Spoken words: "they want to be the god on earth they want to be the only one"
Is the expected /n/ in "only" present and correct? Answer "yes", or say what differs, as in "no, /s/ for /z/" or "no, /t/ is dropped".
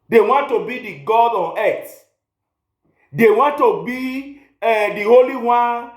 no, /n/ is dropped